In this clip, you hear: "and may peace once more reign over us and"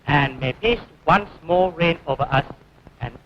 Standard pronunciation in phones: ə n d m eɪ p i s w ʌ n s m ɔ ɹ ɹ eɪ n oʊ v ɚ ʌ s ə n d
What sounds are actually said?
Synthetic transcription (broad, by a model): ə n m eɪ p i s w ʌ n s m ɔ l ɹ eɪ n oʊ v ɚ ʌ s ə n